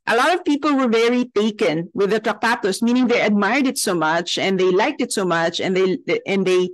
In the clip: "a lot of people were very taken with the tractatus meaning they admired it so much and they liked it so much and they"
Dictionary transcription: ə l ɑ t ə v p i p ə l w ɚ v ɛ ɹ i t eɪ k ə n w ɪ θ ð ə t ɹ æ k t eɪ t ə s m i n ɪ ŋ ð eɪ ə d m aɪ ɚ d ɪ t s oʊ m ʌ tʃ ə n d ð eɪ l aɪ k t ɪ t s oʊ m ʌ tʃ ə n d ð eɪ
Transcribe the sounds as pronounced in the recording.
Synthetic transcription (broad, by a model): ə l ɑ t ə v p i p ə l w ɚ v ɛ ɹ i t eɪ k ə n w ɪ ð ə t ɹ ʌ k t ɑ t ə s m i n ɪ ŋ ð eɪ ə d m aɪ ɚ d ɪ t s oʊ m ʌ tʃ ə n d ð eɪ l aɪ k t ɪ t s oʊ m ʌ tʃ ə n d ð eɪ